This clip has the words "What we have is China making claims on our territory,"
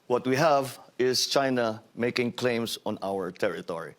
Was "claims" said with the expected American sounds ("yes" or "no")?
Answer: no